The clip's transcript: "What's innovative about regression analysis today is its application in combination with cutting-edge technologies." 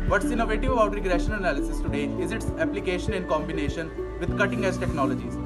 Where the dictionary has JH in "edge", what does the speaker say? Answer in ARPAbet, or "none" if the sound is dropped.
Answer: Z